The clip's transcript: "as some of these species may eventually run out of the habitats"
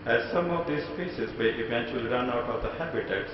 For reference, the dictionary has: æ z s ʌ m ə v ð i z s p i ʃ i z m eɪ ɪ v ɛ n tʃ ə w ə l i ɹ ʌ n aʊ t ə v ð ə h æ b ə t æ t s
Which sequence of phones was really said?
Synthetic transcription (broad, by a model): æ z s ʌ m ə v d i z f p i s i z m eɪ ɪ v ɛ n tʃ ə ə l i ɹ ʌ n aʊ t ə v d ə h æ b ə t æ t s